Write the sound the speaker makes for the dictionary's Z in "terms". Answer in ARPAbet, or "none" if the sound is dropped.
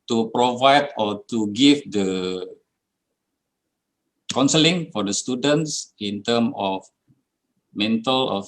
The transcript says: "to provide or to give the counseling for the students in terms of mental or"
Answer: none